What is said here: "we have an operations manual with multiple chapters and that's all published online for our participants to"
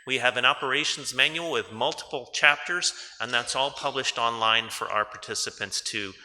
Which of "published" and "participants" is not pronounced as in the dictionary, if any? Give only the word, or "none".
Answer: none